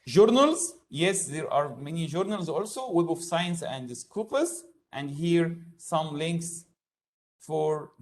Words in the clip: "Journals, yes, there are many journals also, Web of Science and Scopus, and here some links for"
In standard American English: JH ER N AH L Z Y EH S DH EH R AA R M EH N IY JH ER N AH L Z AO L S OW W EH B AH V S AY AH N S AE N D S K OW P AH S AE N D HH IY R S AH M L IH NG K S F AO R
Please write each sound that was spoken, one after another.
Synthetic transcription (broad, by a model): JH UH N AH L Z Y EH S DH EH R AA R M EH N IY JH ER N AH L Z AO L S OW W EH B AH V S AY AH N S AE N D S K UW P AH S AE N D HH IY R S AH M L IH NG K S F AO R